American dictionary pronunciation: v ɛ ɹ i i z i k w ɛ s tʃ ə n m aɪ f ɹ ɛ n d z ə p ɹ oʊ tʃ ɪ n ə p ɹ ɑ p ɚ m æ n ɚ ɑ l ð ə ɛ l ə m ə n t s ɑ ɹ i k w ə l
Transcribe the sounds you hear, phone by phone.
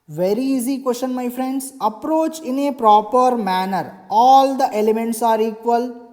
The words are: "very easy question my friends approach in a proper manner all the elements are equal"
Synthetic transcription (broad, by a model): v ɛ ɹ i i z i k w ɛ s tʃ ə n m aɪ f ɹ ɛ n d s ə p ɹ oʊ tʃ ɪ n ə p ɹ ɑ p ɚ m æ n ɚ ɑ l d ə ɛ l ə m ə n t s ɑ ɹ i k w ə l